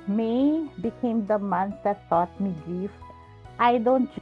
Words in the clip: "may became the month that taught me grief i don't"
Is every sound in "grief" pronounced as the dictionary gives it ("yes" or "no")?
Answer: no